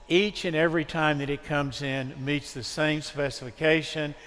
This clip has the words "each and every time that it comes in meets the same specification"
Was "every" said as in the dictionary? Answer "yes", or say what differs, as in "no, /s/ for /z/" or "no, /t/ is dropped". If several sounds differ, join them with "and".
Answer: yes